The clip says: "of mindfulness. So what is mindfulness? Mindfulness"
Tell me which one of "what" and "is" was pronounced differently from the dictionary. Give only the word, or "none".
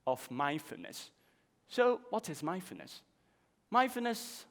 none